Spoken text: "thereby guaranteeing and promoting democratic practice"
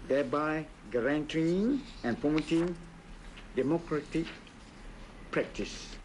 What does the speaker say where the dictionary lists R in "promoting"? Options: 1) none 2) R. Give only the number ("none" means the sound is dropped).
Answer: 1